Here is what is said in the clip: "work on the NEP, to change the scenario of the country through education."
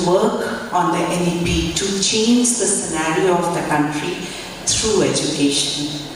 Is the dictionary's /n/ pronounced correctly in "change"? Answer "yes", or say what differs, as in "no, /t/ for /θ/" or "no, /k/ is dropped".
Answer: yes